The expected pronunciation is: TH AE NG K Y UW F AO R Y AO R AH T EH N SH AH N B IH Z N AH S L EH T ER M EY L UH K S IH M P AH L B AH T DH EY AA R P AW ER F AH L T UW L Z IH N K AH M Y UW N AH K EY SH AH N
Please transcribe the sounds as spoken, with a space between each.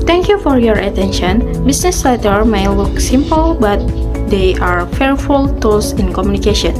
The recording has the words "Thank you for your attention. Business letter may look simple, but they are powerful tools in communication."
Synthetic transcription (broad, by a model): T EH NG K Y UW F AO R Y AO R AH T EH N SH AH N B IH S N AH S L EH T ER M EY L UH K S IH M P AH L B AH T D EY AA R F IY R F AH L T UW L S IH N K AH M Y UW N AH K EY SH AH N